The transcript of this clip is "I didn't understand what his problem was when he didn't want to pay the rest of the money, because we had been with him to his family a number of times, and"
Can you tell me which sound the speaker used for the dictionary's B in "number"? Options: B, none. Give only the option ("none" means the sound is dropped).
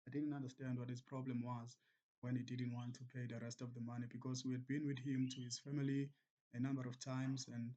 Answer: B